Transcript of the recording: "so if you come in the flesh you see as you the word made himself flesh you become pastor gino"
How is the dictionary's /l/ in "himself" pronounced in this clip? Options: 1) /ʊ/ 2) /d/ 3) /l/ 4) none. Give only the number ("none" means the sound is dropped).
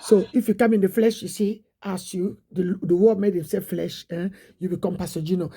4